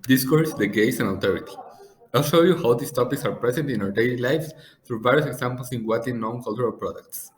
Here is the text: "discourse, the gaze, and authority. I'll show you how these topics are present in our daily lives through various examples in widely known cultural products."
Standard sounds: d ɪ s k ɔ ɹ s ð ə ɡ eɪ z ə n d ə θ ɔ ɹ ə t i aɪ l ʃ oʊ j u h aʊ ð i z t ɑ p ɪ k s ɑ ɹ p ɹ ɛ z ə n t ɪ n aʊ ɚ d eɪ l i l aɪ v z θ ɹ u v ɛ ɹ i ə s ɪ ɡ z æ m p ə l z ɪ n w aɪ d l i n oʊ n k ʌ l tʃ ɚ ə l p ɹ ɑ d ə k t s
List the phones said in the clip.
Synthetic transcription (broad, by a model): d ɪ s k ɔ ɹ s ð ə ɡ eɪ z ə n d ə t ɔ ɹ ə t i aɪ l ʃ oʊ j u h aʊ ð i s t ɑ p ɪ k s ɑ ɹ p ɹ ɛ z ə n t ɪ n aʊ ɚ d eɪ l i l aɪ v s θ ɹ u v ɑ ɹ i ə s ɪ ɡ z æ m p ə l s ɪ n w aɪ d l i n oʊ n k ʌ l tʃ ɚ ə l p ɹ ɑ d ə k t s